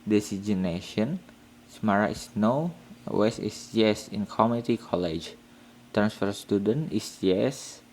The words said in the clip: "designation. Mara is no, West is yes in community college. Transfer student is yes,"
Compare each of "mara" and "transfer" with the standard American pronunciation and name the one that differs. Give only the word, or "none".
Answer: none